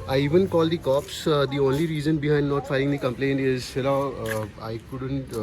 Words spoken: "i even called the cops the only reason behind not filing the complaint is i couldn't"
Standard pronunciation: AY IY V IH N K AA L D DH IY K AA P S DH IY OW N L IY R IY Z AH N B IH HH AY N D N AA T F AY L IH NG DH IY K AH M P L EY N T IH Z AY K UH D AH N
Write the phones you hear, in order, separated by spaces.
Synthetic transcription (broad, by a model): AY IY V IH N K AA L D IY K AA P S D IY OW N L IY R IY Z AH N B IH HH AY N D N AA T F AY IH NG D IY K AH M P L EY N T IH Z AY K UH D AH N